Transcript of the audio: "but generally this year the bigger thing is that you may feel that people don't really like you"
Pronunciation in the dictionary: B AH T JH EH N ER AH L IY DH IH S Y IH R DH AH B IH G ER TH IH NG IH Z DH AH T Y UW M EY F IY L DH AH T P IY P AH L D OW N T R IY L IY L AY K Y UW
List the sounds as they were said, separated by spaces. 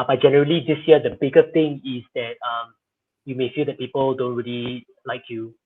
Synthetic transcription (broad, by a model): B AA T JH EH N ER AH L IY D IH S Y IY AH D AH B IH G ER T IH NG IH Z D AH T Y UW M EY F IY L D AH T P IY P AH L D OW N T R IY L IY L AY K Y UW